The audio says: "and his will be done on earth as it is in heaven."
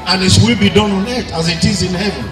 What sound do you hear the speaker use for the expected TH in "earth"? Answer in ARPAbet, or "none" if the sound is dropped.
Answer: T